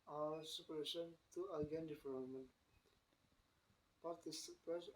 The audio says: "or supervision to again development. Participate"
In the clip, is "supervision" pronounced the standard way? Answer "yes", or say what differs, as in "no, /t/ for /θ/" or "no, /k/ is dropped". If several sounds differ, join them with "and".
no, /v/ is dropped and /ʃ/ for /ʒ/